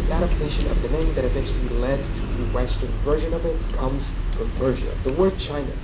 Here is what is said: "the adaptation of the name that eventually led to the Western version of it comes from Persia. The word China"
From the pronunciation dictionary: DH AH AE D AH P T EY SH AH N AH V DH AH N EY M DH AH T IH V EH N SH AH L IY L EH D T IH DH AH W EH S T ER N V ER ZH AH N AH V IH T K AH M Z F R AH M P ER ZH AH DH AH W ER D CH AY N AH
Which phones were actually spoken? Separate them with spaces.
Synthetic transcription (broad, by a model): AE D AH P T EY SH AH N AH V DH AH N EY M DH AH T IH V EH N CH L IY L EH D T IH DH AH W EH S T ER N V ER ZH AH N AH V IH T K AH M Z F R AH M P ER ZH AH DH AH W ER D CH AY N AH